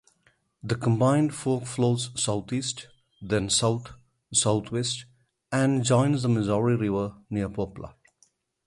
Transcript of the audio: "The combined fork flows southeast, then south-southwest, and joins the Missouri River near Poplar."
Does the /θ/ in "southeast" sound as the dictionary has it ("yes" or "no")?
no